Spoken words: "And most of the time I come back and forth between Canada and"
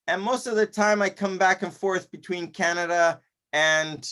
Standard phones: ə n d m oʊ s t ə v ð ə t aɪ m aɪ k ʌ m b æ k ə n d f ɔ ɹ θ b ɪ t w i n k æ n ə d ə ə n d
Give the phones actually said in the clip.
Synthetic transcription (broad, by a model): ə n m oʊ s t ə v ð ə t aɪ m aɪ k ʌ m b æ k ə n f ɔ ɹ θ b ɪ t w i n k æ n ə d ə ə n